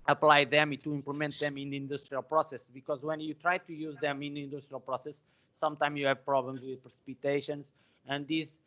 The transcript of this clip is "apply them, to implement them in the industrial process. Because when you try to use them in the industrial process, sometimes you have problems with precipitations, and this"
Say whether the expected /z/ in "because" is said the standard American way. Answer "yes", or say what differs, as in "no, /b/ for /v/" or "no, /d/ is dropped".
yes